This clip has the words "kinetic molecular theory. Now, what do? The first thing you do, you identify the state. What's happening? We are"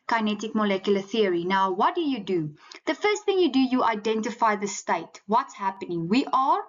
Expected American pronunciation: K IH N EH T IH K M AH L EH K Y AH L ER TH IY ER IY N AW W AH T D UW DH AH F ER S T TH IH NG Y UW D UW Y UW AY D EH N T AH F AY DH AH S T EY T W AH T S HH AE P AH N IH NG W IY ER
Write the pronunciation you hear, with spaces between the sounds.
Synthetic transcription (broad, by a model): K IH N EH T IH K M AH L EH K Y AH L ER TH IY ER IY N AW W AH T D UW DH AH F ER S T TH IH NG Y UW D UW Y UW AY D EH N T AH F AY DH AH S T EY T W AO T S HH AE P AH N IH NG W IY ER